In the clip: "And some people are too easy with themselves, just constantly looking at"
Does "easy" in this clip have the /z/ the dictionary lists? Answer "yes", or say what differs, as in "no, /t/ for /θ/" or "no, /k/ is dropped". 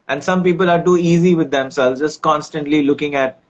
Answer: yes